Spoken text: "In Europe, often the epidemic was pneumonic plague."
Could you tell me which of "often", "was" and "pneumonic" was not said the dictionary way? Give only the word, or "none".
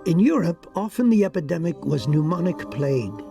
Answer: none